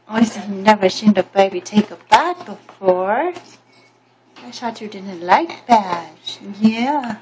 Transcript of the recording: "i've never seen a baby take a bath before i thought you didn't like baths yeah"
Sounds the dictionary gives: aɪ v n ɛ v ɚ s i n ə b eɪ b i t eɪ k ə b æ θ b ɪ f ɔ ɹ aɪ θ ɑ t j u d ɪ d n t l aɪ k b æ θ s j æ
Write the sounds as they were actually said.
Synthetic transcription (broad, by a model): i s n ɛ v ɚ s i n ə b eɪ b i t eɪ k ə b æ t b ɪ f ɔ ɹ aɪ s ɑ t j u d ɪ d n t l aɪ k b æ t j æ